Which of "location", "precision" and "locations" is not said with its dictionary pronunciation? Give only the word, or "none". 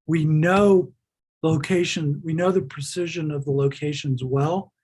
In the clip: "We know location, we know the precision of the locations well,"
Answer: none